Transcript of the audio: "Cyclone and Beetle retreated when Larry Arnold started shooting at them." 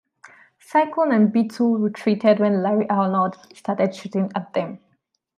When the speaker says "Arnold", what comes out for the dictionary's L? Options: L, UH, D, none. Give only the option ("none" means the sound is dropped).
none